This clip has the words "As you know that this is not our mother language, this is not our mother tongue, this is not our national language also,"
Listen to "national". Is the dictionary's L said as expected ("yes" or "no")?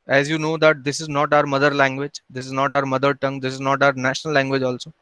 yes